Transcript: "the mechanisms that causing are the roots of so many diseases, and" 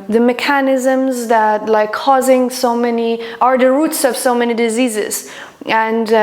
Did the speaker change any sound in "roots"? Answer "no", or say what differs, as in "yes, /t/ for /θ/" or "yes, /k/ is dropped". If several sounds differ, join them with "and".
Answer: no